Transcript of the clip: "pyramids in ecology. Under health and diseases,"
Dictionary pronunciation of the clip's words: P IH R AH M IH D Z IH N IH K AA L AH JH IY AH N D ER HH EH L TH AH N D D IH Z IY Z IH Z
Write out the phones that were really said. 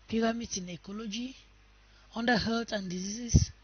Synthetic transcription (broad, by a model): P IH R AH M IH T IH N IH K AA L AH JH IY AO N D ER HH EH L T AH N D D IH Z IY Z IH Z